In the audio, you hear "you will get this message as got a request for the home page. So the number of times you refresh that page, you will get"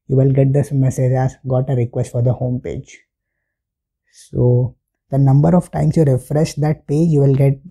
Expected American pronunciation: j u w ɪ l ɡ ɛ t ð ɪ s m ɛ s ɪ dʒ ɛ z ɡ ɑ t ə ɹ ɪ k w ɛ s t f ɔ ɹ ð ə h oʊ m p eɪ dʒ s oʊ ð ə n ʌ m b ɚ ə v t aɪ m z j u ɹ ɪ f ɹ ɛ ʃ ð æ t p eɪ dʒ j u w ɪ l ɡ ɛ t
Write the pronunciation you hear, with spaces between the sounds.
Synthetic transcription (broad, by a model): j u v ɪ l ɡ ɛ t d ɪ s m ɛ s ɪ dʒ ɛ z ɡ ɑ t ə ɹ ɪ k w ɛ s t f ɔ ɹ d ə h oʊ m p eɪ dʒ s oʊ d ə n ʌ m b ɚ ə v t aɪ m s j u ɹ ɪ f ɹ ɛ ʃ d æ t p eɪ dʒ j u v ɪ l ɡ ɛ t